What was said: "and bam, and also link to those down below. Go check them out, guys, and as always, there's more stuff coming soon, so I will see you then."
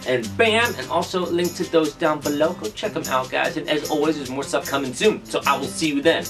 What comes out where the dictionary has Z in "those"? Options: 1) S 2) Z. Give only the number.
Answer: 2